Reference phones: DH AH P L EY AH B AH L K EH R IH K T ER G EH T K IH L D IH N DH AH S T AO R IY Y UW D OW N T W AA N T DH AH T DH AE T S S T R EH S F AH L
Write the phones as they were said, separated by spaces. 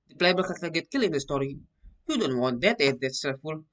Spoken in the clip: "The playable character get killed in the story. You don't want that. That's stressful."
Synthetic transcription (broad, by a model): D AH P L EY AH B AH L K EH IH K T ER G EH T K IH L IH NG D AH S T AO R IY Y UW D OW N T W AA N T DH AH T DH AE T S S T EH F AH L